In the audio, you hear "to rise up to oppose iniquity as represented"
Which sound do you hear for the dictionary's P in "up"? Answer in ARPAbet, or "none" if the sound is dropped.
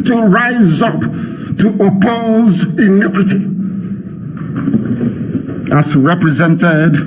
P